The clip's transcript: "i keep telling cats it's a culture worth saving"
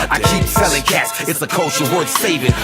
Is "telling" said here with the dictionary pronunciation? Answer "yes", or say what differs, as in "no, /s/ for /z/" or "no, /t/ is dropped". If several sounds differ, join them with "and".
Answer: no, /s/ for /t/